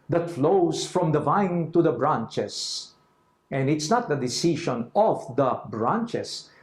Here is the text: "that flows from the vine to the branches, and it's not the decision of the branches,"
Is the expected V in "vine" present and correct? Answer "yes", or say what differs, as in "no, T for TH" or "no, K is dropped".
yes